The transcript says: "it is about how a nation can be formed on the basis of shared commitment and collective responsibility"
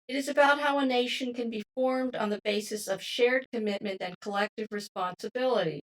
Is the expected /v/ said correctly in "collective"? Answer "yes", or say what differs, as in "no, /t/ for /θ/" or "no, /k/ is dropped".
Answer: yes